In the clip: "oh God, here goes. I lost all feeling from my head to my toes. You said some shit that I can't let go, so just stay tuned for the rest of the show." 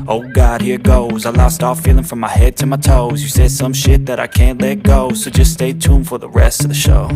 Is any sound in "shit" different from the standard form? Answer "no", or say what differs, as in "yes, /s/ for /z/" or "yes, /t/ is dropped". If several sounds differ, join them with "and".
no